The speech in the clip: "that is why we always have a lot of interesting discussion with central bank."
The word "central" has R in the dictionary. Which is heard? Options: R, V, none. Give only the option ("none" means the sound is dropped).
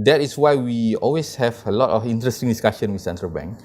R